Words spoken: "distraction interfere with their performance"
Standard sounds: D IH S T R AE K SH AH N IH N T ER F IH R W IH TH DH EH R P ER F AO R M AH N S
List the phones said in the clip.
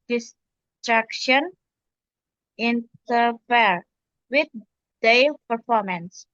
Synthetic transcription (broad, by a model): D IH S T R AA K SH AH N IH N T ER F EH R W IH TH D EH L P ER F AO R M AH N S